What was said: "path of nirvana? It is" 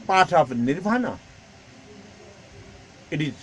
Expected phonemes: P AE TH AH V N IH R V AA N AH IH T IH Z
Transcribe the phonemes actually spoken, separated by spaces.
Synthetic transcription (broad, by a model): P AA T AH P N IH R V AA N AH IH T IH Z